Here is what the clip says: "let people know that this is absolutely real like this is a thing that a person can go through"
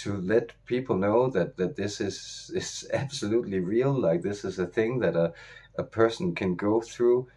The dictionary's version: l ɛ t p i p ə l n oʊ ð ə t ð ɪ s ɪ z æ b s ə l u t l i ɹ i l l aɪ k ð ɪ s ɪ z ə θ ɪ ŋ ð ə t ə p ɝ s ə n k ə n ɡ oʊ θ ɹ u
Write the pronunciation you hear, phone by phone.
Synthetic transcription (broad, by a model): l ɛ t p i p l n oʊ ð ə t ð ɪ s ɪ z æ b s ə l u t l i ɹ i l l aɪ k ð ɪ s ɪ z ə θ ɪ ŋ ð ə t ə p ɝ s n k ə n ɡ oʊ θ ɹ u